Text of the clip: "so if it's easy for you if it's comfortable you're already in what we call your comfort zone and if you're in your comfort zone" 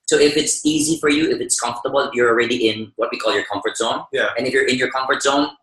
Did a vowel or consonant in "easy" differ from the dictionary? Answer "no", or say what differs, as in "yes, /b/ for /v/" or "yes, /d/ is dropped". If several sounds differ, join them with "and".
no